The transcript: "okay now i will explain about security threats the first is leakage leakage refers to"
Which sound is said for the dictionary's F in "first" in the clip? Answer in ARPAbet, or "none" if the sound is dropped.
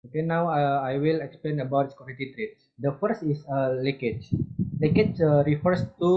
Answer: F